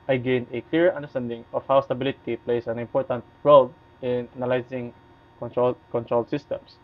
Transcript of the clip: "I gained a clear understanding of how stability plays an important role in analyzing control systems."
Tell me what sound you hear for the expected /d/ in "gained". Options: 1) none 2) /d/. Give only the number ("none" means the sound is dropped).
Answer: 1